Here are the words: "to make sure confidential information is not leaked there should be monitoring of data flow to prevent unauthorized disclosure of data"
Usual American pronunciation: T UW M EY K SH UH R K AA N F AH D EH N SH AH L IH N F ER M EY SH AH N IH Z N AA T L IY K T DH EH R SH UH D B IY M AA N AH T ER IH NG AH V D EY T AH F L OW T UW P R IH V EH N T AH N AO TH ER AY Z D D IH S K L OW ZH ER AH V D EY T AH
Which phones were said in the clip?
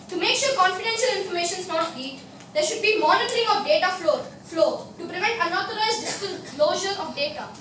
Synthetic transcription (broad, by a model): T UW M EY K SH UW R K AA N F AH D EH N SH AH L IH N F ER M EY SH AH N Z N AA T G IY T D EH R SH UH D B IY M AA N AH T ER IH NG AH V D EY T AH F L OW T UW P R IH V EH N T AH N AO T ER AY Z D D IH S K L OW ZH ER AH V D EY T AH